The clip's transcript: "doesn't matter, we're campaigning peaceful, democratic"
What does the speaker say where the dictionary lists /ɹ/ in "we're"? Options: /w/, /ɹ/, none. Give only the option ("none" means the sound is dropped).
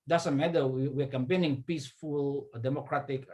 /w/